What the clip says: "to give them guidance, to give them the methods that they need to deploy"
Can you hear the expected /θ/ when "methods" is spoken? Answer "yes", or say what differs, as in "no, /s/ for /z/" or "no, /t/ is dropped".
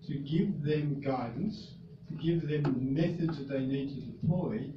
yes